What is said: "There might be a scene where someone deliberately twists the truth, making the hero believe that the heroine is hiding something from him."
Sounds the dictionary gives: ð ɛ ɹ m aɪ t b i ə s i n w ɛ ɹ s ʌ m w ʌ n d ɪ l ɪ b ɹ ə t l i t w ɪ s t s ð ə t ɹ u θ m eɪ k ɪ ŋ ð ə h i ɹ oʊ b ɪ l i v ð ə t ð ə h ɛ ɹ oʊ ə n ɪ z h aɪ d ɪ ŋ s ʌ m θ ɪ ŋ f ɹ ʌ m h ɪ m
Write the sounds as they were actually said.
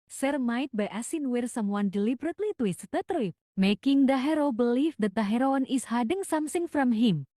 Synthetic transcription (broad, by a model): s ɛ ɹ m aɪ t b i ə s i n w ɛ ɹ s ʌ m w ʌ n d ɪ l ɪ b ɹ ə t l i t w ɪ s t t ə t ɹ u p m eɪ k ɪ ŋ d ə h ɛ ɹ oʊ b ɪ l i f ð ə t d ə h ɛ ɹ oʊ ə n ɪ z h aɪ d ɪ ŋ s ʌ m s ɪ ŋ f ɹ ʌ m h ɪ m